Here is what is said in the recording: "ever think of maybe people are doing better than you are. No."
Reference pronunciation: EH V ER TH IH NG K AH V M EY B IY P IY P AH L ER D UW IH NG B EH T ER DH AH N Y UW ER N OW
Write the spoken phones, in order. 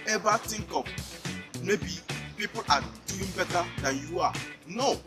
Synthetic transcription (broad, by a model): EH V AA T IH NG K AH P M EY B IY P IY P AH L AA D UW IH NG B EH T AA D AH N Y UW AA N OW